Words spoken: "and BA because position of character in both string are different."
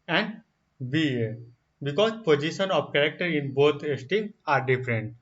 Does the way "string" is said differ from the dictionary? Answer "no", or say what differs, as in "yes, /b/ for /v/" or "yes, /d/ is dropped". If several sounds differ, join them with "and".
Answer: yes, /ɹ/ is dropped